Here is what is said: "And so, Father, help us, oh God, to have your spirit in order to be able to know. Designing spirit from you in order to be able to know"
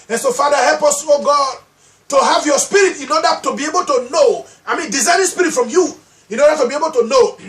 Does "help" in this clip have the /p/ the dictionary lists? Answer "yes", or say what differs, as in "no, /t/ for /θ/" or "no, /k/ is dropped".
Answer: yes